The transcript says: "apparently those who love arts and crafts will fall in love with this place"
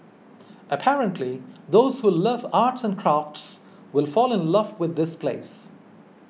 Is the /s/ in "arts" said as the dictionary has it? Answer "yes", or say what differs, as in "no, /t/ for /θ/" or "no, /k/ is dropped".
yes